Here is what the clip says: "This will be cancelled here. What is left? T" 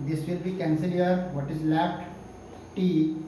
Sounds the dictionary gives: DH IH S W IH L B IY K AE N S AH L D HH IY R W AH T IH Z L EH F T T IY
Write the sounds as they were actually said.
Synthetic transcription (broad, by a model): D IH S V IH L B IY K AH N S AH D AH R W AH T IH Z L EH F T T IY